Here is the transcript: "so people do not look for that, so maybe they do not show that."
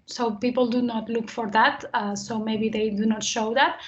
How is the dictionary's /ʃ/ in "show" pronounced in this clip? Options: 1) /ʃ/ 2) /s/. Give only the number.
1